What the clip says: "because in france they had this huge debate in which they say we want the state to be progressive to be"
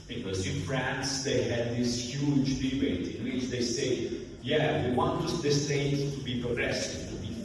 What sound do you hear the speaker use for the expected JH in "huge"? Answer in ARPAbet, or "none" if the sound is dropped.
JH